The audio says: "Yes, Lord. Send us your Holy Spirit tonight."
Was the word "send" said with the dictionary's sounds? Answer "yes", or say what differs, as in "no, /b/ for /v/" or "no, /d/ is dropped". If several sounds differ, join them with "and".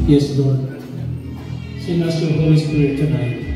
no, /d/ is dropped